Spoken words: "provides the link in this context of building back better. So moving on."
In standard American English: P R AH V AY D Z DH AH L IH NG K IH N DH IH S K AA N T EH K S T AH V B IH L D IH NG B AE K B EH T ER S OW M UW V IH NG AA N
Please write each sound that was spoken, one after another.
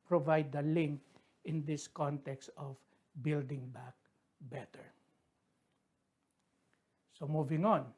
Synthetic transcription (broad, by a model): P R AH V AY D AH L IH NG K IH N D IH S K AA N T EH K S T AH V B IH L D IH NG B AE K B EH T ER S OW M UW V IH NG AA N